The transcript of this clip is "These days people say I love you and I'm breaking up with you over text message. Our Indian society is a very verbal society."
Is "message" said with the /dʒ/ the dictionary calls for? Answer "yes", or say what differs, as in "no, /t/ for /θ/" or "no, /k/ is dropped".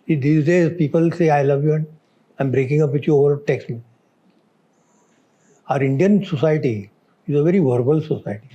no, /dʒ/ is dropped